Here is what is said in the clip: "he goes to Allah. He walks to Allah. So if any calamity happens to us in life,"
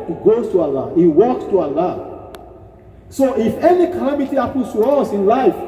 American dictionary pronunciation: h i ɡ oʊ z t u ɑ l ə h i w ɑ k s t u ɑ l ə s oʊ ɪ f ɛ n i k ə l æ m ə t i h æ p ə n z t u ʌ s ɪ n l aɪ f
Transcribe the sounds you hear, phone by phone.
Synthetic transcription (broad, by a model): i ɡ oʊ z t u ɑ l ə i w ɑ k s t u ɑ l ə s oʊ ɪ f ɛ n i k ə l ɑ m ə t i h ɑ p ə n s t u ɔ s ɪ n l aɪ f